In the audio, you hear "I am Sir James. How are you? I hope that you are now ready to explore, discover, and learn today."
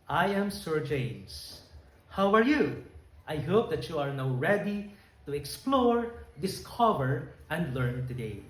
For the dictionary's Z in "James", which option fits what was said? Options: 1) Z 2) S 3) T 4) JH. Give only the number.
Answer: 2